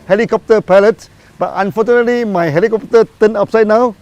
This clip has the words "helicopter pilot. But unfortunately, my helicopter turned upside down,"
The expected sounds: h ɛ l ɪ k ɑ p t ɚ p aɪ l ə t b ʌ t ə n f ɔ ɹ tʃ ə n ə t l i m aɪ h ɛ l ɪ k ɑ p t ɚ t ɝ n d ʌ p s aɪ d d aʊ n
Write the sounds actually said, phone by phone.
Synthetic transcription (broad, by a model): h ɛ l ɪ k ɑ p t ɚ p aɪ l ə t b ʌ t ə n f ɔ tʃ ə n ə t l i m aɪ h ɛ l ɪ k ɑ p t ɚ t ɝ n ɑ p s aɪ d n aʊ